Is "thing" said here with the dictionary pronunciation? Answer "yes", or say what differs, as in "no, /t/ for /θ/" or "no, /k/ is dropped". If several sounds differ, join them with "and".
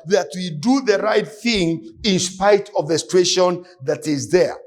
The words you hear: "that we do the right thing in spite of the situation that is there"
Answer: yes